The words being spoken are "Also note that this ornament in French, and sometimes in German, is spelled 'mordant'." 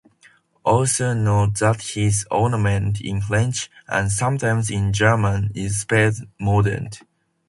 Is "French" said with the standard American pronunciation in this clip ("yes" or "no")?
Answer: no